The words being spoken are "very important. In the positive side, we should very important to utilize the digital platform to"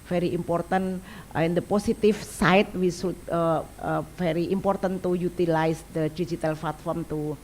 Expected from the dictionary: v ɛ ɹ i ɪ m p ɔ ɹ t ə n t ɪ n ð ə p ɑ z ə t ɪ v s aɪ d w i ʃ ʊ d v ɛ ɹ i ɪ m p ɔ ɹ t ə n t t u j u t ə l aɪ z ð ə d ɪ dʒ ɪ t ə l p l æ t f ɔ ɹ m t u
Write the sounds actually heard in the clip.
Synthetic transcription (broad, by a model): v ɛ ɹ i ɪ m p ɔ ɹ t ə n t ɪ n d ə p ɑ s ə t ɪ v s aɪ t w i s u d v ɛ ɹ i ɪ m p ɔ ɹ t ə n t t u j u t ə l aɪ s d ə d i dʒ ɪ t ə l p l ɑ t f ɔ ɹ m t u